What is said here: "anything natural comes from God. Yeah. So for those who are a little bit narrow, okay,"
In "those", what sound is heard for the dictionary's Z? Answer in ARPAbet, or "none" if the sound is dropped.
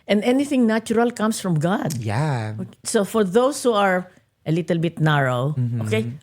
S